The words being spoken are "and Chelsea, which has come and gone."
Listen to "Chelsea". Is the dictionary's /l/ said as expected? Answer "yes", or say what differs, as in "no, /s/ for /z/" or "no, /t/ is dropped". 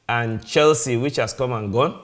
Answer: yes